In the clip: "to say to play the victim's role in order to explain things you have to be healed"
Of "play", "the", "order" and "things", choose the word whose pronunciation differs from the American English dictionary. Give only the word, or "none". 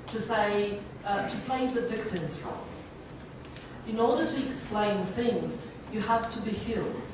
none